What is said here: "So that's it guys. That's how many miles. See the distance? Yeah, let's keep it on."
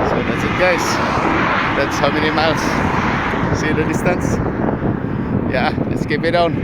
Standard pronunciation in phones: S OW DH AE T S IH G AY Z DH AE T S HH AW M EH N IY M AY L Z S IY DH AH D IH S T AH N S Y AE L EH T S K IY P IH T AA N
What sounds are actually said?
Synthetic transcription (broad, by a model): S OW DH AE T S IH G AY S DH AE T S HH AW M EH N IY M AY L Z S IY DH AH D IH S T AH N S Y AE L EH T S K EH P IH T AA N